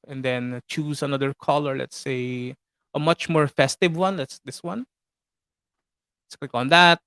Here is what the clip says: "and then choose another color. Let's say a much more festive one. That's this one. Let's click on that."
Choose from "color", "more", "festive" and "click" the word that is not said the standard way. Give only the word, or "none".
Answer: click